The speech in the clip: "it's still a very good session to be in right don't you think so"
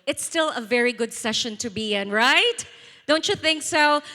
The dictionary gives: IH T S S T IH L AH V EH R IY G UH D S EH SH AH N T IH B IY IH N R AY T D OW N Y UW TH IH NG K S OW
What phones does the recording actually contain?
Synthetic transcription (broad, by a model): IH T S S T IH L AH V EH R IY G UH D S EH SH AH N T IH B IY IH N R AY T D OW N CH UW TH IH NG K S OW